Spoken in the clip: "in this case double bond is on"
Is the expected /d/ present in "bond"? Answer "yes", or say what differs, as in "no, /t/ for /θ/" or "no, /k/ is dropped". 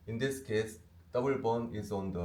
no, /d/ is dropped